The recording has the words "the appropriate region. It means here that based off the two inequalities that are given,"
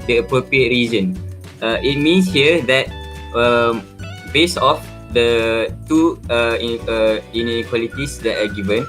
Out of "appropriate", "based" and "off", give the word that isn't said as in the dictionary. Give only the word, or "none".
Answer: based